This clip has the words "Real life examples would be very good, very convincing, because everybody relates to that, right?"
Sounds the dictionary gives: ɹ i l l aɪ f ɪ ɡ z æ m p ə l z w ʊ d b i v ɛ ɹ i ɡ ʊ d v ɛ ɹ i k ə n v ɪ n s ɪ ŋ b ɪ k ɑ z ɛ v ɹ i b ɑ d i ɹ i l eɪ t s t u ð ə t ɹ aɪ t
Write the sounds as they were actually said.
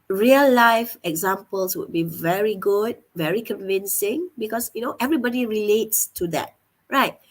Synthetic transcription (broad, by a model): ɹ i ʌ l aɪ f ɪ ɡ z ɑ m p ə l s w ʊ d b i v ɛ ɹ i ɡ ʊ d v ɛ ɹ i k ə n v ɪ n s ɪ ŋ b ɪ k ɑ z ɛ v ɹ i b ɑ d i ɹ i l eɪ t s t u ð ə t ɹ aɪ t